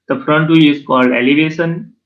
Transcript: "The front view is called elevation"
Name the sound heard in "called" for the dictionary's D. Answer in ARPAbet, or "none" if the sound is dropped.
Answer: D